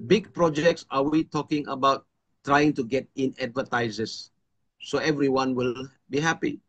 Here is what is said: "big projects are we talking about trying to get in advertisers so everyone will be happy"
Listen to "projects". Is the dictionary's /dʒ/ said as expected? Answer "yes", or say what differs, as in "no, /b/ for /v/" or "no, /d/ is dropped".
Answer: yes